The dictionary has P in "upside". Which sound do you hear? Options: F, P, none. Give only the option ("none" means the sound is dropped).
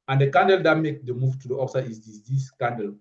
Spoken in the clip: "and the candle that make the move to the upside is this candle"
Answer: F